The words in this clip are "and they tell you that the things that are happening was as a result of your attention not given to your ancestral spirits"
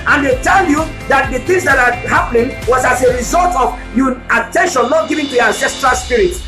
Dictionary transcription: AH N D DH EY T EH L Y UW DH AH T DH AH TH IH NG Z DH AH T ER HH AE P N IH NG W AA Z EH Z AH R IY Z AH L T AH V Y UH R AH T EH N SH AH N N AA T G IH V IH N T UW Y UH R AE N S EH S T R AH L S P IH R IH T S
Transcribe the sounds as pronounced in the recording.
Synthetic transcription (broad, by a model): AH N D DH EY T EH L Y UW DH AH T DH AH TH IH NG Z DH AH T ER HH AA P N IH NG W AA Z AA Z AH R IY Z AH L T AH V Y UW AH T EH N SH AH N N AA T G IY V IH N T UW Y AE N S EH S T R AH L S P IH R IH T